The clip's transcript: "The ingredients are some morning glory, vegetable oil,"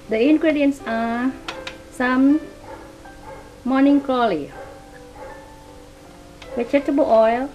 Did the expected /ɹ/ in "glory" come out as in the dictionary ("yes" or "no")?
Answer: no